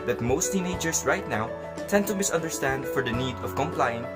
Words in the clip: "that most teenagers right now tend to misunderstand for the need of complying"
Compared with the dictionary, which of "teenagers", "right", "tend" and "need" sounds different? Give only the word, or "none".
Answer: teenagers